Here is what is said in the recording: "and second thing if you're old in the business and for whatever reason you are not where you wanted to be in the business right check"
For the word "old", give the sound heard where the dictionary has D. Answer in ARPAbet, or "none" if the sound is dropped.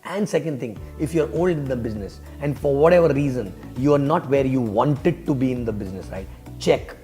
D